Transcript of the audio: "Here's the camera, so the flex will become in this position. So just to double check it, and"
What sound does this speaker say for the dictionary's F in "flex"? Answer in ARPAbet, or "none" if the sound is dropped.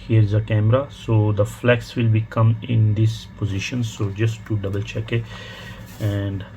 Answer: F